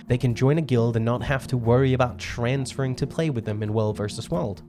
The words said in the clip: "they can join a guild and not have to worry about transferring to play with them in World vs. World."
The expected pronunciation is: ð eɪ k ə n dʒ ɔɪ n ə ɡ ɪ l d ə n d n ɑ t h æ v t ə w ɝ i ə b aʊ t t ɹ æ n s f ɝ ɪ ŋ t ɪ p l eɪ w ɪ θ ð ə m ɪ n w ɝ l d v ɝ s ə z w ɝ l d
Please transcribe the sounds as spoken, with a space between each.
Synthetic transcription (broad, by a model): ð eɪ k ə n dʒ ɔɪ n ə ɡ ɪ l d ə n n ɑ t h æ f t ə w ɝ i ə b aʊ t t ɹ æ n s f ɝ ɪ ŋ t ɪ p l eɪ w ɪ ð ə m ɪ n w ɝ l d v ɝ s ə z w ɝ l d